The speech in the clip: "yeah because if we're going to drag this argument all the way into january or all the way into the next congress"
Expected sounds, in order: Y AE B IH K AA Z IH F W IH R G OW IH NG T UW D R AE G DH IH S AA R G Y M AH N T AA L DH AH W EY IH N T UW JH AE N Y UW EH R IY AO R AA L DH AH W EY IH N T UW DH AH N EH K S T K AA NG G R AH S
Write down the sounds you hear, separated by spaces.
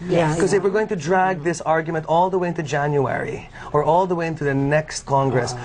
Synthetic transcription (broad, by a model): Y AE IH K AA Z IH F W IH R G OW IH NG T UW D R AE G DH IH S AA R G Y M AH N T AA L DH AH W EY IH N T UW JH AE N Y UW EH R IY AO R AA L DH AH W EY IH N T UW DH AH N EH K S T K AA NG G R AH S